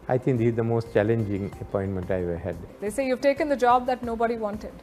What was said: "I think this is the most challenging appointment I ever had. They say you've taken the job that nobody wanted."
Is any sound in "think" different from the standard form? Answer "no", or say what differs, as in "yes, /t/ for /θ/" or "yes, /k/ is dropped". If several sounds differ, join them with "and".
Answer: yes, /t/ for /θ/